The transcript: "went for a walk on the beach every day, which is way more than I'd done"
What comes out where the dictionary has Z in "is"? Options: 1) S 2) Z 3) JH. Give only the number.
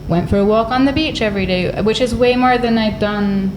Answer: 2